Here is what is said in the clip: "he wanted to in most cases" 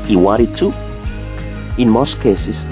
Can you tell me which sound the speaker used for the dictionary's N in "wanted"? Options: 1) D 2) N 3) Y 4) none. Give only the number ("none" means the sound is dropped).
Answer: 4